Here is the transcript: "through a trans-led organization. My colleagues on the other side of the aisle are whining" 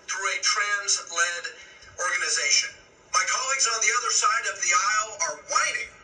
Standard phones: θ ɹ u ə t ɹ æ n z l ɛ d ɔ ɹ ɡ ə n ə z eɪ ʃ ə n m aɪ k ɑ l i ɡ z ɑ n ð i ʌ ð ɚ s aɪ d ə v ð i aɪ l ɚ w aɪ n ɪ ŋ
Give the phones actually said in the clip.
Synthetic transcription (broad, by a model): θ ɹ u ə t ɹ æ n z l ɛ d ɔ ɹ ɡ ə n ə z eɪ ʃ ə n m aɪ k ɑ l i ɡ z n ð i ʌ ð ɚ s aɪ d ə v ð i aɪ l ɚ w aɪ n ɪ ŋ